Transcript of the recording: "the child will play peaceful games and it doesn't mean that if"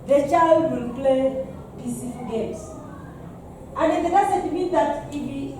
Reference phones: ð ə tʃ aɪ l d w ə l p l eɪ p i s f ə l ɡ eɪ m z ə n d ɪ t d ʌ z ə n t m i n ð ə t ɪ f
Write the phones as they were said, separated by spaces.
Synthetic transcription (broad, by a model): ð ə tʃ aɪ l d w ə l p l eɪ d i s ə ɡ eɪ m s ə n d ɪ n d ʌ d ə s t m i n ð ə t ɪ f